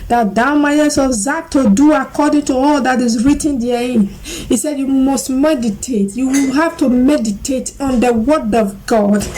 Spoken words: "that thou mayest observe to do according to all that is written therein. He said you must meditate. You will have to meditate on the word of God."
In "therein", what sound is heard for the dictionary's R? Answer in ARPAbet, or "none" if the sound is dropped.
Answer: none